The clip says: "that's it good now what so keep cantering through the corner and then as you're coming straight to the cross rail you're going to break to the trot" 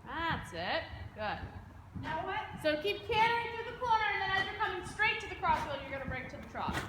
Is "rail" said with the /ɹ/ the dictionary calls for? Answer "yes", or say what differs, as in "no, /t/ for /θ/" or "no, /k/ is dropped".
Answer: no, /w/ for /ɹ/